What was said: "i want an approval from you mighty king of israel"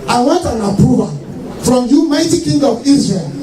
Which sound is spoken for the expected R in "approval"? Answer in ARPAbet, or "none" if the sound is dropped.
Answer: none